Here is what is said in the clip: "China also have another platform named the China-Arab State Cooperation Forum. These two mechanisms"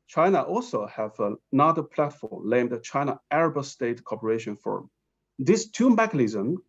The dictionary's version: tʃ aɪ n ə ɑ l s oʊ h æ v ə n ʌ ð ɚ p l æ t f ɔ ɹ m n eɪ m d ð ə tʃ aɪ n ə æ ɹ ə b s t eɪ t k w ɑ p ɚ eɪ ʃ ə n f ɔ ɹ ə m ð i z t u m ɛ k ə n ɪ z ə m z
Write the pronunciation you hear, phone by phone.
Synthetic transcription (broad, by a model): tʃ aɪ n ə ɑ l s oʊ h æ v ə n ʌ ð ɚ p l æ t f ɔ ɹ m l eɪ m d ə tʃ aɪ n ə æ ɹ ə b s t eɪ t k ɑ p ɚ eɪ ʃ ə n f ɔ ɹ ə m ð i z t u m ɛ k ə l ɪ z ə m